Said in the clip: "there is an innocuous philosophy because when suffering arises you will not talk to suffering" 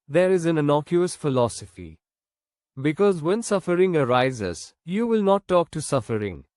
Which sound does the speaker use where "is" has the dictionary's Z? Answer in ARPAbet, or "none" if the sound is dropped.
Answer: Z